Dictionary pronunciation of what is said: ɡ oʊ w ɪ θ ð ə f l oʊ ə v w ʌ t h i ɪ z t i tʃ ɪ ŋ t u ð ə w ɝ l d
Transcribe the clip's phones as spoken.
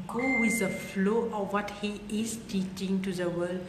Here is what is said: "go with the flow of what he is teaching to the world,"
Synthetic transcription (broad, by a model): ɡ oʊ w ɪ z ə f l oʊ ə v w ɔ t h i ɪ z t i tʃ ɪ ŋ t u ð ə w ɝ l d